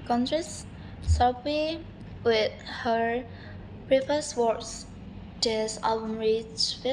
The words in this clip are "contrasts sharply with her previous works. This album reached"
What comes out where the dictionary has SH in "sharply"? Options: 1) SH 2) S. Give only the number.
2